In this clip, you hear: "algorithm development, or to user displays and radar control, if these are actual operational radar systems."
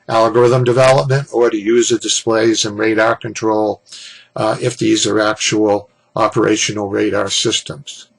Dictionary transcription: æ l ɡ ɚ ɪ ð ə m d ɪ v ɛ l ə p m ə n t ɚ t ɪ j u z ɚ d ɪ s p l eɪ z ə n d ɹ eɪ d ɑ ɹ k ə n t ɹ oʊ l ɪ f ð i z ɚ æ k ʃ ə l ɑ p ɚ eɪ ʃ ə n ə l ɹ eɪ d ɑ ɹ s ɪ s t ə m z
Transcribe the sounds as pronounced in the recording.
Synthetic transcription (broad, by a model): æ l ɡ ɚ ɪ ð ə m d ɪ v ɛ l ə p m ə n t ɚ t ɪ j u z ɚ d ɪ s p l eɪ z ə n ɹ eɪ d ɑ ɹ k ə n t ɹ oʊ l ɪ f ð i z ɚ æ k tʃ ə l ɑ p ɚ eɪ ʃ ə n l ɹ eɪ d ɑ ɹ s ɪ s t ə m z